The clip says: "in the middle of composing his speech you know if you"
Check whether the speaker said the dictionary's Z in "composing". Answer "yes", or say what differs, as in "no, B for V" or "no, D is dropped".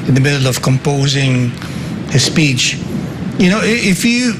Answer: yes